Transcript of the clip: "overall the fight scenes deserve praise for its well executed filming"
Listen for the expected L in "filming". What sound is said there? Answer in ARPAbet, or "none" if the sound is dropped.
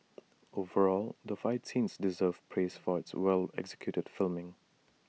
L